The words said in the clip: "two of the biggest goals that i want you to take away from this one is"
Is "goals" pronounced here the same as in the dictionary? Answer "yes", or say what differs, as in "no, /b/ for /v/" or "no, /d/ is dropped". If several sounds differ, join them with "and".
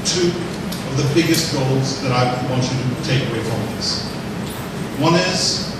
yes